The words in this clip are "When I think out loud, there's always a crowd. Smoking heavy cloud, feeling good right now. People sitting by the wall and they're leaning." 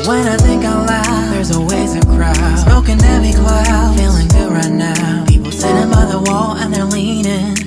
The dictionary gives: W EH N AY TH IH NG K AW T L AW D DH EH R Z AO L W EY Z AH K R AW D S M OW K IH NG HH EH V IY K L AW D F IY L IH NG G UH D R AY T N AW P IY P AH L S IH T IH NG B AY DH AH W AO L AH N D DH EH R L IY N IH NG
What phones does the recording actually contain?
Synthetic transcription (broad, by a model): W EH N AY TH IH NG K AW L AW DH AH R Z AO W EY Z AH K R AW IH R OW K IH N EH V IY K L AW F IY L IH NG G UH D R AY T N AW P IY P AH L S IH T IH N B AY DH AH W AO L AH N DH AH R L IY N IH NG